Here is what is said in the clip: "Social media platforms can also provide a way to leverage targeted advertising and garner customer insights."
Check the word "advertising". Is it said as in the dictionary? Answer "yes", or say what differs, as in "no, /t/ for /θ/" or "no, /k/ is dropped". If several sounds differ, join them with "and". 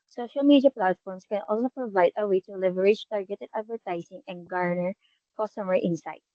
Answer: no, /s/ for /z/